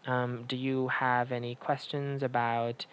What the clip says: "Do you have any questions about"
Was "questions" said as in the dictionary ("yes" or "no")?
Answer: yes